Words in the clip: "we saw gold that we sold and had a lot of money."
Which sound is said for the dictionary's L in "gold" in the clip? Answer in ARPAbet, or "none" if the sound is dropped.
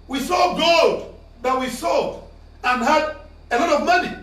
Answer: none